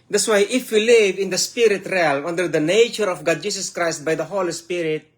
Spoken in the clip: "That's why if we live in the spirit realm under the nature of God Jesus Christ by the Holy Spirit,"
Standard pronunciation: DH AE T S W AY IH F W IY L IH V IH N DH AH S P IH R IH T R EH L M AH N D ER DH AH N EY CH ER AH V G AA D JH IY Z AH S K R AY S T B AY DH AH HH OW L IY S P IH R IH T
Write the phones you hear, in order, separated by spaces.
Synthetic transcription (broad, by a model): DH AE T S W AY IH F W IY L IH V IH N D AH S P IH R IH T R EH L AH N D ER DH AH N EY CH ER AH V G AA D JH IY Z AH S K R AY S T B AY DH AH HH OW L IY S P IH R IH T